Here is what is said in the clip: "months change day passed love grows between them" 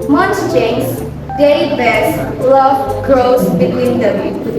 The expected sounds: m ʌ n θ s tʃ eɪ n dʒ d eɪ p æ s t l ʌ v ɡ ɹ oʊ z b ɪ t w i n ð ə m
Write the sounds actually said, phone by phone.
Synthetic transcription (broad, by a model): m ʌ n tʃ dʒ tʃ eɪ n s d eɪ b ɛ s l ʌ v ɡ ɹ oʊ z b ɪ t w i n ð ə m